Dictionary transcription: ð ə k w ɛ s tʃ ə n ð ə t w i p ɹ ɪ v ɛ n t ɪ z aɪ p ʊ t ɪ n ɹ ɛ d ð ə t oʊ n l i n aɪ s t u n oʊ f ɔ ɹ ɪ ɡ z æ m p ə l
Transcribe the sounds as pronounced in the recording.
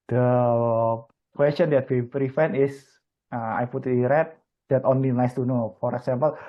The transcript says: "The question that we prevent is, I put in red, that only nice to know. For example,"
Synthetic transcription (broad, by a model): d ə k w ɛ s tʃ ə n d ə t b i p ɹ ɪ f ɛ n ɪ s aɪ p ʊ t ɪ ɹ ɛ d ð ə t oʊ n l i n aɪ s t u n oʊ f ɔ ɹ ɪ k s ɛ m p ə l